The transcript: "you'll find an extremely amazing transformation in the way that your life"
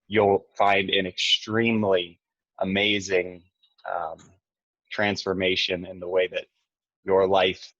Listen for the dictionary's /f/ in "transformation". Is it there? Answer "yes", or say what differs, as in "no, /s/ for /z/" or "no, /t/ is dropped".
yes